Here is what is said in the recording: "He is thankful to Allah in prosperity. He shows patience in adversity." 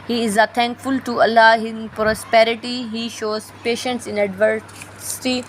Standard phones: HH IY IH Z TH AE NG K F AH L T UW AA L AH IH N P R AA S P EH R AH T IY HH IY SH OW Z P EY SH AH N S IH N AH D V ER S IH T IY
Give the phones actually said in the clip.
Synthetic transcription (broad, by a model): HH IY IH Z T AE NG K F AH L T UW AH L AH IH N P R AA S P EH R AH T IY HH IY SH OW Z P EY SH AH N S IH N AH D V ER S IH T IY